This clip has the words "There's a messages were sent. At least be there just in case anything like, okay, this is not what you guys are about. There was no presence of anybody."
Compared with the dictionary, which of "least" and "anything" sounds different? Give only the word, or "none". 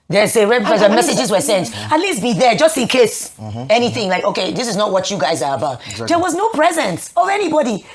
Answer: none